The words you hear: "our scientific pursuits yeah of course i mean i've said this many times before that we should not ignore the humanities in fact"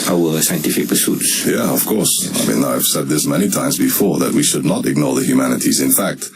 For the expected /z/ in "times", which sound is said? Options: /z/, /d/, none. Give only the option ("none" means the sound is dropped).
/z/